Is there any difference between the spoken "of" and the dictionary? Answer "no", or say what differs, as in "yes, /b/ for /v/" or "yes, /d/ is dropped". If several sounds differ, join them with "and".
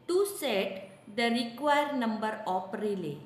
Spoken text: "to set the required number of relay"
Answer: yes, /p/ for /v/